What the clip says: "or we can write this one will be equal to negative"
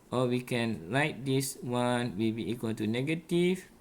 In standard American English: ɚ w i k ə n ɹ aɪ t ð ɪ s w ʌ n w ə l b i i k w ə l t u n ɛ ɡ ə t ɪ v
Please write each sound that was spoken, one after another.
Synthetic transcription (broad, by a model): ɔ w i k ə n l aɪ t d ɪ s w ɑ n w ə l b i i k w ə l t u n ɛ ɡ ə t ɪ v